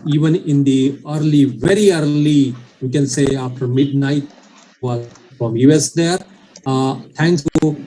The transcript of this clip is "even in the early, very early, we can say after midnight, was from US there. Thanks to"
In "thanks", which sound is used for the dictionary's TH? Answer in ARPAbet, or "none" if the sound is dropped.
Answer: T